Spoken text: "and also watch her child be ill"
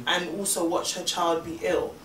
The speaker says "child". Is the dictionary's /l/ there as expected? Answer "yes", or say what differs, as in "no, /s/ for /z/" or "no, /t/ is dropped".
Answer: yes